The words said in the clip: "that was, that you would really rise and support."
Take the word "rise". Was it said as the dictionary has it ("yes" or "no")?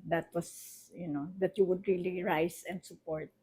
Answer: no